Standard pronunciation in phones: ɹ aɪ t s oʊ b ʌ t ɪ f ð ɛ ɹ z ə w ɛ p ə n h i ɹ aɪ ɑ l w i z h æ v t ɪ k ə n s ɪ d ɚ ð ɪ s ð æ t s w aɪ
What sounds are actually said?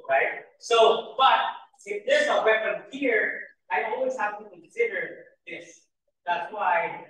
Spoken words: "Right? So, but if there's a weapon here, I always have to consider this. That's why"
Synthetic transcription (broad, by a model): ɹ aɪ t s oʊ b ʌ t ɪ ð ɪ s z ə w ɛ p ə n h i ɹ aɪ ɑ l w i z h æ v t ɪ k ə n s ɪ d ɚ ð ɪ s ð æ t s w aɪ